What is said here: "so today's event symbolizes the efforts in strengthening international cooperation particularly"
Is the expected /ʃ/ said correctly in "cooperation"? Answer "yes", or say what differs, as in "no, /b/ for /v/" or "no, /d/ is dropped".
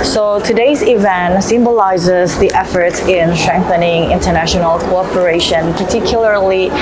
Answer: yes